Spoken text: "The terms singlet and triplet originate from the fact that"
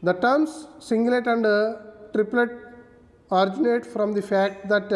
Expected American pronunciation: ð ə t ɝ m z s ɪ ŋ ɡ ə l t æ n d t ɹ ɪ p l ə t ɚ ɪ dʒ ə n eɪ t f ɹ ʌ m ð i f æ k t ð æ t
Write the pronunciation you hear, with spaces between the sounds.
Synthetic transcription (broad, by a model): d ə t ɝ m s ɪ ŋ ɡ l t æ n d t ɹ ɪ p l ə t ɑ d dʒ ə n eɪ t f ɹ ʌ m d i f æ k t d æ t